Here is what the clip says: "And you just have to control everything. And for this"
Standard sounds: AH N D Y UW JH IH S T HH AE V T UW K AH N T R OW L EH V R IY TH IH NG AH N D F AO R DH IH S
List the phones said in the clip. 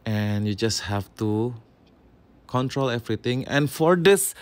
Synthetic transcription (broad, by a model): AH N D Y UW JH IH S T HH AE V T UW K AH N T R OW L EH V R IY T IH NG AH N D F AO R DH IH S